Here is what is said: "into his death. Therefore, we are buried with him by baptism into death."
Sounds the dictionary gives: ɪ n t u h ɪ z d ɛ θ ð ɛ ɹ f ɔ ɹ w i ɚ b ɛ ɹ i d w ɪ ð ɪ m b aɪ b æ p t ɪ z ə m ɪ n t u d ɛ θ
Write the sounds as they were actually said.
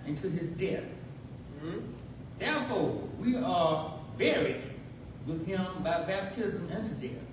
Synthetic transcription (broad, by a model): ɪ n t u ɪ z d ɛ θ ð ɛ ɹ f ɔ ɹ w i ɚ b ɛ ɹ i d w ɪ ð ɪ m b aɪ b æ p t ɪ z ə m ɪ n t u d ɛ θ